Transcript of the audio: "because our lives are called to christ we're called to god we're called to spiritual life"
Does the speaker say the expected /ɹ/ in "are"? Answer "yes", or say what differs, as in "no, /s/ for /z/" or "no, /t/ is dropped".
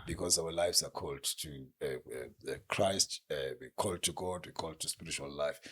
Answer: yes